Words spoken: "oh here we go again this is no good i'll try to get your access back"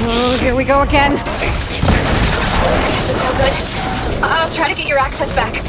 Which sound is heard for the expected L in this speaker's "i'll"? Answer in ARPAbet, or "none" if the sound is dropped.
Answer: L